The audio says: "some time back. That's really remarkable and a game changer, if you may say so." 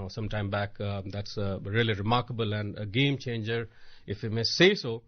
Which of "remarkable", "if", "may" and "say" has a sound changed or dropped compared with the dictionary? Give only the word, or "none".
none